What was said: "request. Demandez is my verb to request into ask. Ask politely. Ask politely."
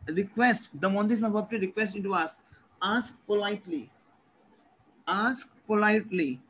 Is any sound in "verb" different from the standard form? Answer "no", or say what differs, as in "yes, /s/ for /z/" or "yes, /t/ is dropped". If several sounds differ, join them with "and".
yes, /p/ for /v/